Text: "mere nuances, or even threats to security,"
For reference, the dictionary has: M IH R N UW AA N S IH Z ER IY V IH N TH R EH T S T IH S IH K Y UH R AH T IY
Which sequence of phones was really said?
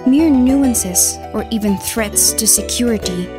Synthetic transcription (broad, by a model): M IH R N UW AA N S IH Z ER IY V IH N TH R EH T S T IH S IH K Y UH R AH T IY